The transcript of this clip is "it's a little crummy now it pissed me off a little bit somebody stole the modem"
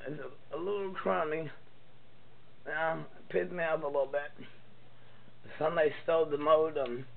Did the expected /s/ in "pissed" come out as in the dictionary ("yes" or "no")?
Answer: no